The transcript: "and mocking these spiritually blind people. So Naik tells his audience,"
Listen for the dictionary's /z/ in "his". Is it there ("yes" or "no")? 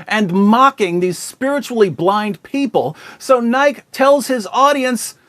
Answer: yes